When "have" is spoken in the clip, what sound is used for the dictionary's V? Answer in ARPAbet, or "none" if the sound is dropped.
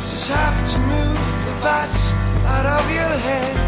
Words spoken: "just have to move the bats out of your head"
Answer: P